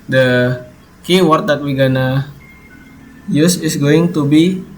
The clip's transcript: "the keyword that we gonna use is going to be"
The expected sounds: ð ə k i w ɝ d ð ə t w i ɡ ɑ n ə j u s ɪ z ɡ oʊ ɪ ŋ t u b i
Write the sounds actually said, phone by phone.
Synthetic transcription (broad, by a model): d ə k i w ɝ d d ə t w i ɡ ɑ n ə j u s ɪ s ɡ oʊ ɪ ŋ t u b i